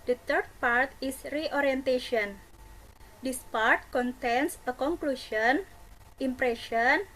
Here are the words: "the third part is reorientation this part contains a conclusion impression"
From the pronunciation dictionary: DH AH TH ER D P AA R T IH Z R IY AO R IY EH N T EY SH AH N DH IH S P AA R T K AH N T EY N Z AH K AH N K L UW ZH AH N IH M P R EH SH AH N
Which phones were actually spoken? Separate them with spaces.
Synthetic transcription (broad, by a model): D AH T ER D P AA R T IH S R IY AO R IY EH N T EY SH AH N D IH S P AA R T K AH N T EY N S AH K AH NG K L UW SH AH N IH M P R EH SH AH N